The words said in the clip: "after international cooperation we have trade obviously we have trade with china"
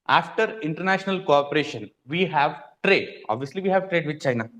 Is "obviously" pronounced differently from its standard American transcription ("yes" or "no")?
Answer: no